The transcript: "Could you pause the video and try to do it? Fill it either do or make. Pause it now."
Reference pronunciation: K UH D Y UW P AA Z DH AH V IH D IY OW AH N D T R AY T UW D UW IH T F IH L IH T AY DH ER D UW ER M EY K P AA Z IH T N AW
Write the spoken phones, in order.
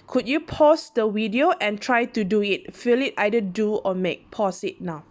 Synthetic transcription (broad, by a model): K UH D Y UW P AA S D AH W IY D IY OW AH N T R AY T UW D UW IH T F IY L IH T AY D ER D UW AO M EY K P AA S IH T N AW